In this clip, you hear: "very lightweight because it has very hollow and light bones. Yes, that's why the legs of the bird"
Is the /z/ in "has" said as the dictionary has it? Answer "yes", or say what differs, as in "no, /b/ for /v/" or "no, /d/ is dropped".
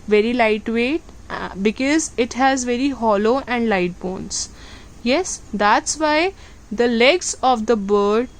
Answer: yes